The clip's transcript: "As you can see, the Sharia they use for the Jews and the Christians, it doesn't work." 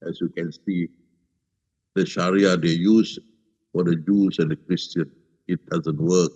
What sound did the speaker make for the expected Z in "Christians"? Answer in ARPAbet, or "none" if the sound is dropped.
none